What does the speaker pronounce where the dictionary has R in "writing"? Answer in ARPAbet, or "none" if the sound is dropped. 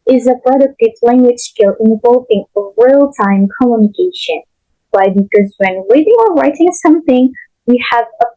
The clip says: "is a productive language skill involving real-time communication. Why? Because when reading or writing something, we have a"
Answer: R